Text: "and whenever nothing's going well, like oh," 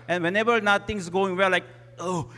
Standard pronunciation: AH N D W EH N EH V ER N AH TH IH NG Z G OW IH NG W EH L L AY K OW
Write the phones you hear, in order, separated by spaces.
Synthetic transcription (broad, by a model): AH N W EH N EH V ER N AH T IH NG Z G OW IH NG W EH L L AY K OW